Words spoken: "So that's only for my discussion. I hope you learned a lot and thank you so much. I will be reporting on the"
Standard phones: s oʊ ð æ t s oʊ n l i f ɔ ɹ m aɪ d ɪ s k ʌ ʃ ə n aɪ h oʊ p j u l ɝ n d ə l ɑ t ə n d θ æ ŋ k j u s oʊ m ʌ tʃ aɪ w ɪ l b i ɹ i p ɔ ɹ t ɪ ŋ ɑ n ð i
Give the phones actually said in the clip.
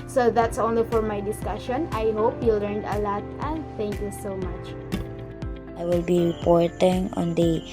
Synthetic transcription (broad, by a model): s oʊ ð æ t s oʊ n l i f ɔ ɹ m aɪ d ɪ s k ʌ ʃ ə n aɪ h oʊ p j u l ɝ n d ə l ɑ t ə n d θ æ ŋ k j u s oʊ m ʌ tʃ aɪ w ɪ l b i ɹ i p ɔ ɹ t ɪ ŋ ɑ n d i